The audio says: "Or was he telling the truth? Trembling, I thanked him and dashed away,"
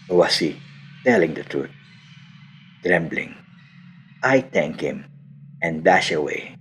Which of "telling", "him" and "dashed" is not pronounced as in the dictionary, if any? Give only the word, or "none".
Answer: dashed